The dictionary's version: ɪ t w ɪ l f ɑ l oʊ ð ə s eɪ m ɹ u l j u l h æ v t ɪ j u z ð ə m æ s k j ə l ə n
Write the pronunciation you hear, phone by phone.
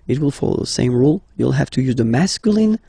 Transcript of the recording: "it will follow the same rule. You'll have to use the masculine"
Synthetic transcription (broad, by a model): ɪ t w ɪ l f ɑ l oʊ ð ə s eɪ m ɹ u l j u l h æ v t ɪ j u z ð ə m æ s k j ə l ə n